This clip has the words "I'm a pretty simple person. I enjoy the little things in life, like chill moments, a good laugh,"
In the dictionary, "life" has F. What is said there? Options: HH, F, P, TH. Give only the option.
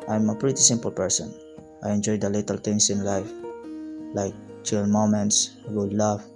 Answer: F